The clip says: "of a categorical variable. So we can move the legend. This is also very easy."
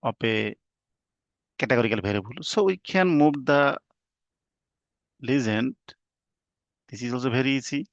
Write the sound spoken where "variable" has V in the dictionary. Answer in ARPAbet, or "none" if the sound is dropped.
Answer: B